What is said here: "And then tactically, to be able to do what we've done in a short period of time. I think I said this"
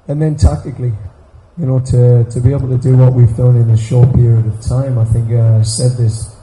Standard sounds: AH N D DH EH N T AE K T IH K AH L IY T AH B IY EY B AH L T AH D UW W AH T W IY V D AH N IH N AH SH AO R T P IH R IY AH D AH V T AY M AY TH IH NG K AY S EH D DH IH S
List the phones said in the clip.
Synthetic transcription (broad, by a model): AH N DH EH N T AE K T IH K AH N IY T AH B IY EY B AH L T AH D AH W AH T W IY V D AH N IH N AH SH AO R T P IH R IY AH D AH V T AY M AY TH IH NG K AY S EH D DH IH S